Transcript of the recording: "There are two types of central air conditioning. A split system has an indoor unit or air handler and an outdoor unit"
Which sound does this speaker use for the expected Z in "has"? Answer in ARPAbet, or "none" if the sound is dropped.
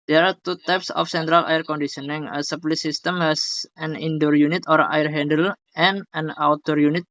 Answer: S